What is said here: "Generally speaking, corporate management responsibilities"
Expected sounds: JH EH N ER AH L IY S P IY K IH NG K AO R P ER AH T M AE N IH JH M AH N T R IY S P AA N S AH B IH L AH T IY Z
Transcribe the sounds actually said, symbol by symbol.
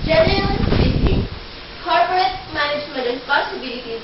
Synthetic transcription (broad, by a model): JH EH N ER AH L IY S IY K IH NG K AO R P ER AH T M AE N IH JH M AH N T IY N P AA S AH B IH L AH T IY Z